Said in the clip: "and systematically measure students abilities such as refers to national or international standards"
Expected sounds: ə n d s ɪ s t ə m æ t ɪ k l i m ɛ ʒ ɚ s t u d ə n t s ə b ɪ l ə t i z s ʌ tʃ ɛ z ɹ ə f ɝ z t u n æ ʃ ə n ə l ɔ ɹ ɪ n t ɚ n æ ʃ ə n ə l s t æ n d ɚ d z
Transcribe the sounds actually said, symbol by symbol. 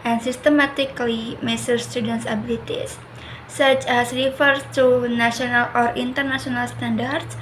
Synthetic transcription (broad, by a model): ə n s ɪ s t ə m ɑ t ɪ k l i m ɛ s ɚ s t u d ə n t s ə b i l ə t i s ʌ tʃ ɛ s ɹ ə f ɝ s t u n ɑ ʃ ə n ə l ɔ ɹ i n t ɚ n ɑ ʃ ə n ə l s t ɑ n d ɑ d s